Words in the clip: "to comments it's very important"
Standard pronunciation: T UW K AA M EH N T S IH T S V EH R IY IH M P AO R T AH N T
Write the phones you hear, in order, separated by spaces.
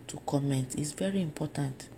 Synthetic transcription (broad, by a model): T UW K AA M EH N T IH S V EH R IY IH M P AO T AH N T